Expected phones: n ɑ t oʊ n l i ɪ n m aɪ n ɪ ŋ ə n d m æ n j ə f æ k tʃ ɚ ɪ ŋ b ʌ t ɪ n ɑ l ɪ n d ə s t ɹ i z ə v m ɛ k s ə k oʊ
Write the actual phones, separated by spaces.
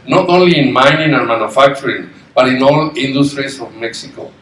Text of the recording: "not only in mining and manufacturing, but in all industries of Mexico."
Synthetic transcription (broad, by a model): n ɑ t oʊ n l i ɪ n m aɪ n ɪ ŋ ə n m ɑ n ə f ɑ k tʃ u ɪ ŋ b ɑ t ɪ n ɑ l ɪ n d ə s t ɹ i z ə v m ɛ k s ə k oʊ